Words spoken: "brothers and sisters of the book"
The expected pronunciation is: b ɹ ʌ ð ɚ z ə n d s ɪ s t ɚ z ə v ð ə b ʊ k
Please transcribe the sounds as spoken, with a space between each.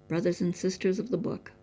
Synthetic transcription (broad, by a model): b ɹ ʌ ð ɚ z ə n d s ɪ s t ɚ z ə v ð ə b ʊ k